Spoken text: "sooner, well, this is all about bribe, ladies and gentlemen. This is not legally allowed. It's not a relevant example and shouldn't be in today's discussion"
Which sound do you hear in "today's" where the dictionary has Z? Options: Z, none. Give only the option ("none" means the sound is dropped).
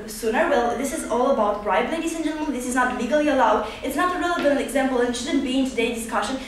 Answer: none